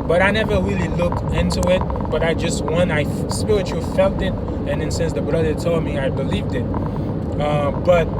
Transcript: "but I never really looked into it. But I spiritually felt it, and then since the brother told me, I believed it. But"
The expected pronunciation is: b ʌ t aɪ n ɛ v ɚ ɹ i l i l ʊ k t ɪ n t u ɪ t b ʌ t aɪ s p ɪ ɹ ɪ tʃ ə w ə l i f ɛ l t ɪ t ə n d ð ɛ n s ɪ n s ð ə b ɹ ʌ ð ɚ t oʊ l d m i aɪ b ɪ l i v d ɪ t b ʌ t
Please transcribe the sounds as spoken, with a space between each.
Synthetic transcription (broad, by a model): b ʌ t aɪ n ɛ v ɚ ɹ i l i l ʊ k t ɪ n t u ɪ t b ʌ t aɪ s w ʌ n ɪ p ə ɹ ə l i f ɛ l t ɪ t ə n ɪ n s ɪ n s ð ə b ɹ ʌ ð ɚ t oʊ l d m i aɪ b ɪ l i v d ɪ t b ʌ t